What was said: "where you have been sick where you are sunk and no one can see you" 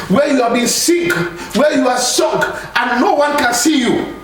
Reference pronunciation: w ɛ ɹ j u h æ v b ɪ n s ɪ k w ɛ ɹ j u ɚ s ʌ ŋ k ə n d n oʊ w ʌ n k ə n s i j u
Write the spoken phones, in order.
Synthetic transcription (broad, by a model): w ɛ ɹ j u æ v b ɪ n s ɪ k w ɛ j u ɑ s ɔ k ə n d n oʊ w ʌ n k ə n s i j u